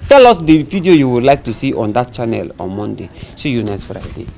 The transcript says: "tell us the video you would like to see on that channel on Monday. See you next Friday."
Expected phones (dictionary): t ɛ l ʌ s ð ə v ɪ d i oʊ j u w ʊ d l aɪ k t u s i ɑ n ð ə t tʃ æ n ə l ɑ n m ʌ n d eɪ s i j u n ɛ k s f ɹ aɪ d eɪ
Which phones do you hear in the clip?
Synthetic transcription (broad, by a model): t ɛ l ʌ s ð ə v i d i oʊ j u w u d l aɪ k t u s i ɑ n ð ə t tʃ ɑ n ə l ɑ n m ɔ n d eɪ ʃ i j u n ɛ s f ɹ aɪ d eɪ